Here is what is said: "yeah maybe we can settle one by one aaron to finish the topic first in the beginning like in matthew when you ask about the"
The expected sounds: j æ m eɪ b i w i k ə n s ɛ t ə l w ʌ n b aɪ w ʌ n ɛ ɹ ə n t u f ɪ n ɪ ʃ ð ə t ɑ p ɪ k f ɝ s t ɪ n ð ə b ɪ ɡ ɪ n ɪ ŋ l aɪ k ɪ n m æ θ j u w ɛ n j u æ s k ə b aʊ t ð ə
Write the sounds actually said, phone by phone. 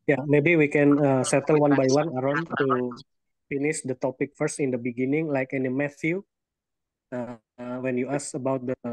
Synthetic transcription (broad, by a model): j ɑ m eɪ b i w i k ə n s ɛ t ə l w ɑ n b aɪ w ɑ n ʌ ɹ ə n t u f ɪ n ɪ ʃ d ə t ɑ p ɪ k f ɝ s t ɪ n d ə b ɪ ɡ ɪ n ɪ ŋ l aɪ k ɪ n m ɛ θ j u w ɛ n j u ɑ s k ə b aʊ t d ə